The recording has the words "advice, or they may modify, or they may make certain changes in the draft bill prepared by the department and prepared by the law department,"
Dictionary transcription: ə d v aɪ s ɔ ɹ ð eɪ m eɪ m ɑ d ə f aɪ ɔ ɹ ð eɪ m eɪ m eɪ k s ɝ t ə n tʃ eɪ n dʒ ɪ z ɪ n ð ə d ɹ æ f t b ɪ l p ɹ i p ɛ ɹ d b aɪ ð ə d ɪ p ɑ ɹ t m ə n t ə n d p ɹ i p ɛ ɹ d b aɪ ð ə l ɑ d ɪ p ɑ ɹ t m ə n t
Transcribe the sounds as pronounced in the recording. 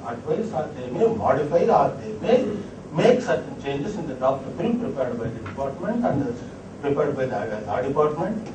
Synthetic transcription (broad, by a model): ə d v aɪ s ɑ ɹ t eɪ m eɪ m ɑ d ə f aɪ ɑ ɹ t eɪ m eɪ m eɪ k s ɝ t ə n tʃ eɪ n dʒ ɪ s ɪ n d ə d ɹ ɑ p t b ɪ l p ɹ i p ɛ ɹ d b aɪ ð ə d ɪ p ɑ ɹ t m ə n t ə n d p ɹ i p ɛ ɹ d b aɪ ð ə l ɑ d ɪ p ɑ ɹ t m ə n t